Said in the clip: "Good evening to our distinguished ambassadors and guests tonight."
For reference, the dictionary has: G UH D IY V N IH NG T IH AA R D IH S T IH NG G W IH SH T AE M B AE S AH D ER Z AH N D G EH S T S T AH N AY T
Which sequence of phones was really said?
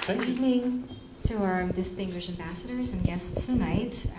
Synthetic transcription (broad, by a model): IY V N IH NG T IH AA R D IH S T IH NG G W IH SH T AE M B AE S AH D ER Z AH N G EH S T S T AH N AY T